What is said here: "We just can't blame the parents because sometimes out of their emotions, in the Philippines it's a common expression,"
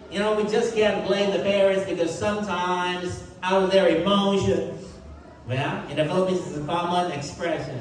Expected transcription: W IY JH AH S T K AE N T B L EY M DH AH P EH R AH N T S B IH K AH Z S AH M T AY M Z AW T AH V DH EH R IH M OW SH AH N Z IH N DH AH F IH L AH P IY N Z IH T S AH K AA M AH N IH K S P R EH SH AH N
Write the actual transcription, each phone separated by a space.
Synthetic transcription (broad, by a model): W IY JH AH S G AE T B L EY M DH AH P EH R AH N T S B IH K AH Z S AH M T AY M Z AW T AH V DH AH R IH M OW SH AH N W IH N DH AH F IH L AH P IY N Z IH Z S AH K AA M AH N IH K S P R EH SH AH N